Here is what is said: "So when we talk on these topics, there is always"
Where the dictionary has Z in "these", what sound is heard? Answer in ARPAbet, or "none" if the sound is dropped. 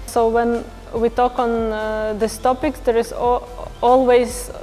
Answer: S